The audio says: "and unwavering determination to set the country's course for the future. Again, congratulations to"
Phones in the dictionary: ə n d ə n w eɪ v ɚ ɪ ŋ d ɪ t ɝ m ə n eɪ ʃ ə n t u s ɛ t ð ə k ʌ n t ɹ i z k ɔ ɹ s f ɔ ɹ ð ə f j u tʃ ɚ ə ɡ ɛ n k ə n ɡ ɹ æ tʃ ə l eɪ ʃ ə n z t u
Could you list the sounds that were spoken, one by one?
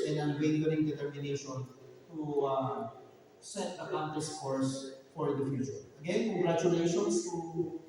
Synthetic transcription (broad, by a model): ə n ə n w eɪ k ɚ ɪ ŋ d ɪ t ɝ m ə n eɪ ʃ ə n t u s ɛ t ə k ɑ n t i s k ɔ ɹ s f ɔ ɹ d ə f j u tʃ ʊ ə ɡ ɛ n k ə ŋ ɡ ɹ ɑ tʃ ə l eɪ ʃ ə n s t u